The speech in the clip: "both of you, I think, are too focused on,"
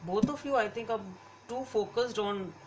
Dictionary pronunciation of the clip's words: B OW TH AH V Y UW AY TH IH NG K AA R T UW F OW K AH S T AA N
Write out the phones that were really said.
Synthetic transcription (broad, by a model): B OW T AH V Y UW AY T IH NG K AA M T UW F OW K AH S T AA N